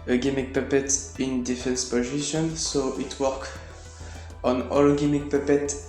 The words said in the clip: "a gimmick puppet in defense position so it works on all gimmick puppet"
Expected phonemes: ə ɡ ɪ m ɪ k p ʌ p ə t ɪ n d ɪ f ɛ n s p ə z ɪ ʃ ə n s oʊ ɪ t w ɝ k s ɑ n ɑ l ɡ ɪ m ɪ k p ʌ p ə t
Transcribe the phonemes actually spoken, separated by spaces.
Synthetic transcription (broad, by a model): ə ɡ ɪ m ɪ k p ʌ p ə t ɪ n d ɪ f ɛ n s p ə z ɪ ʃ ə n s oʊ ɪ t w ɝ k ɑ n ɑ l ɡ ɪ m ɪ k p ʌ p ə t